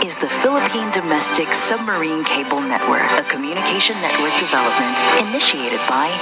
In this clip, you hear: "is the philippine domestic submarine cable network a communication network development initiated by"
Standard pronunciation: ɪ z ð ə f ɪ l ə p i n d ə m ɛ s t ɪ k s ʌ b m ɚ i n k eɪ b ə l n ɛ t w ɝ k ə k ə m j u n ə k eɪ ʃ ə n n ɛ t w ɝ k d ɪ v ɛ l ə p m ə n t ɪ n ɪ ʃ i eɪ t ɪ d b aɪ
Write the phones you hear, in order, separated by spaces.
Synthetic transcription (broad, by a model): ɪ z ð ə f ɪ l ə p i n d ə m ɛ s t ɪ k s ʌ b m ɚ i n k eɪ b l n ɛ t w ɝ k ə k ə m j u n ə k eɪ ʃ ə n n ɛ t w ɝ k d ɪ v ɛ l ə p m ə n t ɪ n ɪ ʃ i eɪ t ɪ d b aɪ